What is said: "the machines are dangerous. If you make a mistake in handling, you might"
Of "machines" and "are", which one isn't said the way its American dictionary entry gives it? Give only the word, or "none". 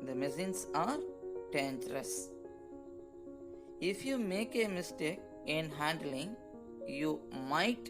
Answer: machines